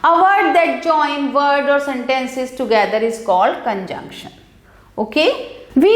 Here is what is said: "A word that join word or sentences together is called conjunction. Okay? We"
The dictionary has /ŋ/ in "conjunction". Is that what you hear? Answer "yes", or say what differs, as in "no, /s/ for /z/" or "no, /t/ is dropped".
yes